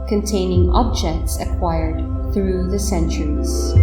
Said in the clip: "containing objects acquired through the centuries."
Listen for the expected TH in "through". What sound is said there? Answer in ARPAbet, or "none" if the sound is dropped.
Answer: TH